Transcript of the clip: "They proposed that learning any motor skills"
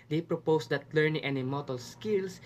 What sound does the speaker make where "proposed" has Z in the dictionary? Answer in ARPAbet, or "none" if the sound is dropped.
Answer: S